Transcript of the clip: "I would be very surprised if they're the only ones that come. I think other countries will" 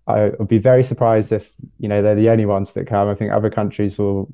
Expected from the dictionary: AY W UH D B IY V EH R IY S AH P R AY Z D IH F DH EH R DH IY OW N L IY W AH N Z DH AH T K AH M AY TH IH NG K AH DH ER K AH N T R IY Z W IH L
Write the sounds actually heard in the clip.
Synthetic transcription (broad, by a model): AY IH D B IY V EH R IY S AH P R AY Z D IH F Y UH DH DH IY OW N IY W AH N Z DH AH T K AH M AY TH IH NG K AH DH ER K AH N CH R IY Z W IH L